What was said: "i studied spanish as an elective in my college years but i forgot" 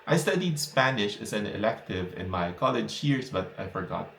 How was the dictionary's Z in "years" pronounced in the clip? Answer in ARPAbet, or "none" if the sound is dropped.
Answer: S